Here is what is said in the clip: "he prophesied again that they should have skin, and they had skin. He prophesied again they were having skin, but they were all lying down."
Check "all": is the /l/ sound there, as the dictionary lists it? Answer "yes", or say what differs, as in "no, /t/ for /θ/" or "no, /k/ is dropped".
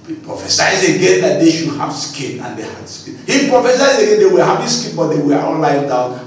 no, /n/ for /l/